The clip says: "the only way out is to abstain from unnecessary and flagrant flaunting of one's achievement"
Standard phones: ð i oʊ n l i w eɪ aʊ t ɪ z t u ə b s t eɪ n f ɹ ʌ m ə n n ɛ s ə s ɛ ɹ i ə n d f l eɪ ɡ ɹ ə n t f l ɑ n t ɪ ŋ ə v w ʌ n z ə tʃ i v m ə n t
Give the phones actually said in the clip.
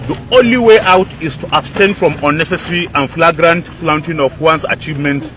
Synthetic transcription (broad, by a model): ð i oʊ n l i w eɪ aʊ t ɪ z t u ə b s t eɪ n f ɹ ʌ m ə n n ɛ s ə s ɹ i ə n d f l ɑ ɡ ɹ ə n t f l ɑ n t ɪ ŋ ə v w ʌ n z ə tʃ i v m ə n t